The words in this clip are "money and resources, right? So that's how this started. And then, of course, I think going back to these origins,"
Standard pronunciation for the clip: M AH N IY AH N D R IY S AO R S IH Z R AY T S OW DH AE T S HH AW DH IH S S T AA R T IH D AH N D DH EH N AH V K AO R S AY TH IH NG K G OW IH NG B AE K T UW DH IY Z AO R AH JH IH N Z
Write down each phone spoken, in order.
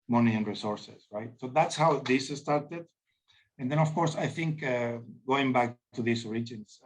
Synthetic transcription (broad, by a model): M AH N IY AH N R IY S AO R S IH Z R AY T S OW DH AE T S HH AW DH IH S S T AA R T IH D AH N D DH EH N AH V K AO R S AY TH IH NG K G OW IH NG B AE K T UW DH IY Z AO R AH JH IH N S